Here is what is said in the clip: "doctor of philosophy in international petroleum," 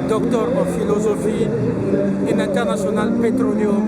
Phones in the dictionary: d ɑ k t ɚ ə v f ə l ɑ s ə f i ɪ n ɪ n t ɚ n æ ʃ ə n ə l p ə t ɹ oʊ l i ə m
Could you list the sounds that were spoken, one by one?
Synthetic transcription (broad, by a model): d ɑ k t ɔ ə f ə l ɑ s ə f i ɪ n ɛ n t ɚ n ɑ s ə n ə l p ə t ɹ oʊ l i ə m